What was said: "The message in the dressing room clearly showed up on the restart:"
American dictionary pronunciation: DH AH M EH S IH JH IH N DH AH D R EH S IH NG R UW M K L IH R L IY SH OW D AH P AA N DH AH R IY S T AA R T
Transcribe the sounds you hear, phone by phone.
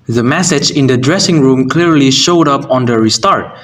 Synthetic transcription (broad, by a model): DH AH M EH S IH JH IH N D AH D R EH S IH NG R UW M K L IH R L IY SH OW D AH P AA N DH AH R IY S T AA R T